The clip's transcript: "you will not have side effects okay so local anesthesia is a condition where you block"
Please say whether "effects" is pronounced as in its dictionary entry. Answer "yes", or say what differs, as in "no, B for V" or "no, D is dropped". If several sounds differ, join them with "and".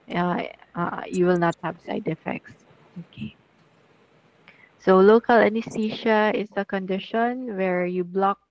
yes